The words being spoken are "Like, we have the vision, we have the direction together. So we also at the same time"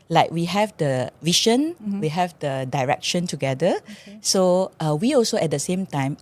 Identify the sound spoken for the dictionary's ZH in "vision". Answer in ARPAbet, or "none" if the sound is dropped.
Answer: SH